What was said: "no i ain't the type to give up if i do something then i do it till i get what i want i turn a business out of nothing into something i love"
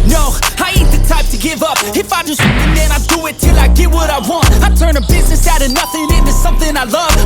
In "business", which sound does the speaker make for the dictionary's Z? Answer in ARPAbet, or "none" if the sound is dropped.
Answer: Z